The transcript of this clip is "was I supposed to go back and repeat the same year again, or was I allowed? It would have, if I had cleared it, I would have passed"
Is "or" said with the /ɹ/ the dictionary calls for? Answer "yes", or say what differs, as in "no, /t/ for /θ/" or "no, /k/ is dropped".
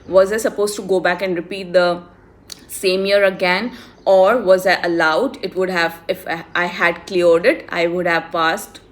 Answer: yes